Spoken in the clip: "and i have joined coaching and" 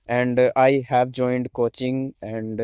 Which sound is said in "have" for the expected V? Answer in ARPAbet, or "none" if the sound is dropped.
V